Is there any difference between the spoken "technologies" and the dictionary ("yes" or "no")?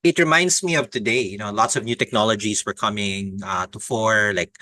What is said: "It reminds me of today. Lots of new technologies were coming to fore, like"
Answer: yes